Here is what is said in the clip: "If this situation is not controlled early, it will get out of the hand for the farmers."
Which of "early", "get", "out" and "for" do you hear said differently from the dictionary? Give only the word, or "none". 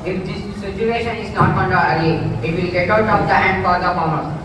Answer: early